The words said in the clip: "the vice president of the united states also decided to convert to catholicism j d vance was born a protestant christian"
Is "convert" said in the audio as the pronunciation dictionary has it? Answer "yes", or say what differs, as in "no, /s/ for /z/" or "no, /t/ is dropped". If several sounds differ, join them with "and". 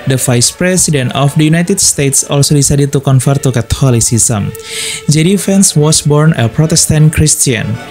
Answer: no, /f/ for /v/